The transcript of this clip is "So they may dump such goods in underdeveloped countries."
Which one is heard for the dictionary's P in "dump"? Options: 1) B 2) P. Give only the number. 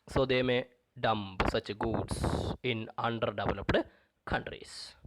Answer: 1